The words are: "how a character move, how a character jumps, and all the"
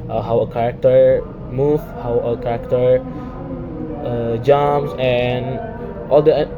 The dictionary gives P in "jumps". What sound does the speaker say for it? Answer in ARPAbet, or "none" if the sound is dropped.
none